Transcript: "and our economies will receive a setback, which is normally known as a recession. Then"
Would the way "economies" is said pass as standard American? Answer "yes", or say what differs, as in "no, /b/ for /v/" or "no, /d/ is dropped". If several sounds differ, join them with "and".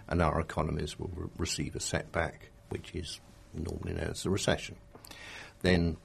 yes